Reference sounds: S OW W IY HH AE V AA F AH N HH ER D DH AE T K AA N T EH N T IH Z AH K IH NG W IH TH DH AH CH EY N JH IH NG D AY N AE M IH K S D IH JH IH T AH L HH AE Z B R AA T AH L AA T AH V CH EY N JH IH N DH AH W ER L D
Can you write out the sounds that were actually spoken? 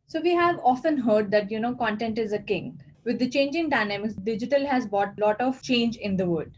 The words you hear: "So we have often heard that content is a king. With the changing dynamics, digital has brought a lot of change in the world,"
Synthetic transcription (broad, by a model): S OW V IY HH AE V AA F AH N HH ER D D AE T K AA N T EH N T IH Z AH K IH NG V IH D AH CH EY N JH IH NG D AY N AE M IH K S D IH JH IH T AH L HH AE Z B AA T L AA T AH V CH EY N JH IH N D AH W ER D